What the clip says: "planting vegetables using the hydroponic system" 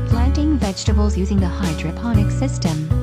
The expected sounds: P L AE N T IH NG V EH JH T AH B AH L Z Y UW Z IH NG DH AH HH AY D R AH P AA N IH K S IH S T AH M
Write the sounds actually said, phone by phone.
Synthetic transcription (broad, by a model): P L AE N T IH NG V EH JH T AH B AH L Z Y UW Z IH NG DH AH HH AY D R AH P AA N IH K S IH S T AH M